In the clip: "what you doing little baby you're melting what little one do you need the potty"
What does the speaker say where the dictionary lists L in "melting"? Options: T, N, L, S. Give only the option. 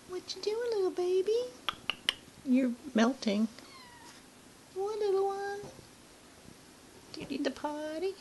L